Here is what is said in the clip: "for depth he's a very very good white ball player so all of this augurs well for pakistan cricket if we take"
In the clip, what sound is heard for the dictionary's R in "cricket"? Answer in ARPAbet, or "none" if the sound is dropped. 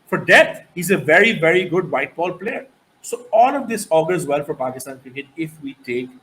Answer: none